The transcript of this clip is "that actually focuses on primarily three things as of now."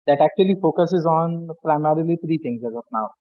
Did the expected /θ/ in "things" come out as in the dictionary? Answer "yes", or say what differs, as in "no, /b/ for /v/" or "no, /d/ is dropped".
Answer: no, /t/ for /θ/